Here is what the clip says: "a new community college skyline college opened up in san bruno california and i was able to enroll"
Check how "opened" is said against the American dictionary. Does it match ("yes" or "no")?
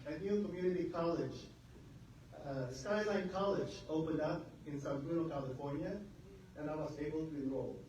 yes